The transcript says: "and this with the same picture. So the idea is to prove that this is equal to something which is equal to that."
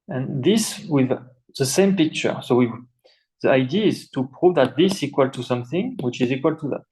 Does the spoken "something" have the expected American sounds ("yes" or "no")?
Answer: yes